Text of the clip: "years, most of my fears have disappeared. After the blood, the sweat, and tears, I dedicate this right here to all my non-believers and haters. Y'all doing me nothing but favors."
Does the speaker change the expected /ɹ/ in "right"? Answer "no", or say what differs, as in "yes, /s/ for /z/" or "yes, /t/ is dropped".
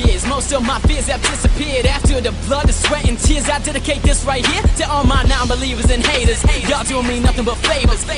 no